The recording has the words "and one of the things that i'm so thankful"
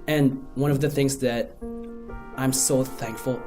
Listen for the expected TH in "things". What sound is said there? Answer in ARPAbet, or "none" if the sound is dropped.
TH